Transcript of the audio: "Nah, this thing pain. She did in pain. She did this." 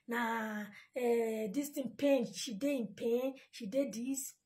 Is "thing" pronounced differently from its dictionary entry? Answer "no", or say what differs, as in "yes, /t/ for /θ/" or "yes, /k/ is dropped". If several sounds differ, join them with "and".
yes, /t/ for /θ/